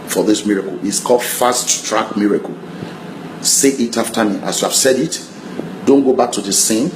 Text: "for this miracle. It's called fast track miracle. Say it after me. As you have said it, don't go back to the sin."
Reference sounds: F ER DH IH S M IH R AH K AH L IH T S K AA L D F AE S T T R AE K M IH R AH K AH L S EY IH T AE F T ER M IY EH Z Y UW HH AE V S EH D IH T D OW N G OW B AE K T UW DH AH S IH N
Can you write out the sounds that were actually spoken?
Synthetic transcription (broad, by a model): F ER DH IH S M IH R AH K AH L IH T S K AA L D F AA S T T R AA K M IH R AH K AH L S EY IH T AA F T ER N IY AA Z Y UW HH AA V S EH D IH T D OW N G OW B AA K T UW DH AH S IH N